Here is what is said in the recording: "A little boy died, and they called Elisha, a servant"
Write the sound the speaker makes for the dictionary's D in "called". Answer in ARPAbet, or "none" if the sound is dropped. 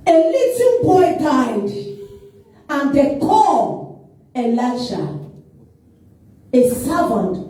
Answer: none